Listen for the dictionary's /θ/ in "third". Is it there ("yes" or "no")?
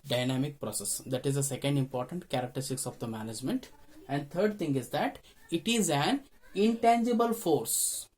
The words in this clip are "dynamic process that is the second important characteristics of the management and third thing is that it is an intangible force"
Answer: no